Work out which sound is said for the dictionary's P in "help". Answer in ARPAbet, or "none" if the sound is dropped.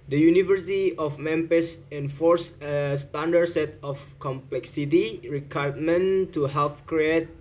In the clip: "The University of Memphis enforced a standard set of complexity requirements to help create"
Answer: F